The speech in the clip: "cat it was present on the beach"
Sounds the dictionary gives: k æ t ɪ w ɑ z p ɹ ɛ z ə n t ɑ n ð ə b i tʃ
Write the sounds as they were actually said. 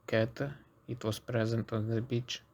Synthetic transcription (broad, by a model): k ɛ t ɪ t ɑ s p ɹ ɛ z ə n t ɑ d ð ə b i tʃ